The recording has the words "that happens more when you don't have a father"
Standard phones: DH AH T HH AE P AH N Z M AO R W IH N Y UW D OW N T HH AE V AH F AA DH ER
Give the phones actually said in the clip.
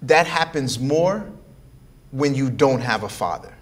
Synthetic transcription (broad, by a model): DH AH T HH AE P AH N Z M AO R W IH N Y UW D OW N T HH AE V AH F AA DH ER